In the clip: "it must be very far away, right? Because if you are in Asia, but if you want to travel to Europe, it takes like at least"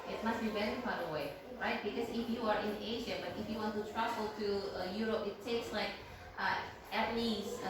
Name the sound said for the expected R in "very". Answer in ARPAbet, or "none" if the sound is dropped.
L